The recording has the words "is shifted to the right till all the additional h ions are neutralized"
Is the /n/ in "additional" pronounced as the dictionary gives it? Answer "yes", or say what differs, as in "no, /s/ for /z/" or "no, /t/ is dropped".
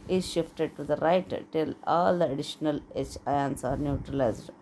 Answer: yes